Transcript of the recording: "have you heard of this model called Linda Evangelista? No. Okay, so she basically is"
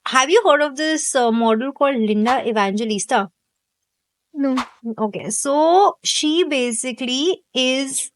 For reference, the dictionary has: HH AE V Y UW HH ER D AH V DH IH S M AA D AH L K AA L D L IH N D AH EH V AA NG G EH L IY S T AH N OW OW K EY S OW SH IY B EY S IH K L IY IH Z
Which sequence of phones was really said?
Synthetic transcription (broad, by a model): HH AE V Y UW HH ER D AH V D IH S M AA D AH L K AA L D L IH N D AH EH V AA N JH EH L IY S T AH N OW OW K EY S OW SH IY B EY S IH K L IY IH Z